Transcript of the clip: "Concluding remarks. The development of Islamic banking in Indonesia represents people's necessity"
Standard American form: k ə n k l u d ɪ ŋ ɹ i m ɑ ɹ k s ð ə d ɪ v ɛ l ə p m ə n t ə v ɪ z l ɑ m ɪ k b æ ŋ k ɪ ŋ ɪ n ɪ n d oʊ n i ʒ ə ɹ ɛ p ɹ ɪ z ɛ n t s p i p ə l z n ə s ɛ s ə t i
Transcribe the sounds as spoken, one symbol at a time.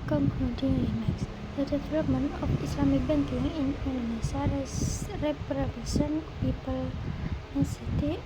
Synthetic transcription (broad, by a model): k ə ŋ k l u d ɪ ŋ l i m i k s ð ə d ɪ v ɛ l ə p m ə n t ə f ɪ s l ɑ m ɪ k b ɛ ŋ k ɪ ŋ ɪ n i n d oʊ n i s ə ɹ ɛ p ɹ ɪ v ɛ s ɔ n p i p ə l n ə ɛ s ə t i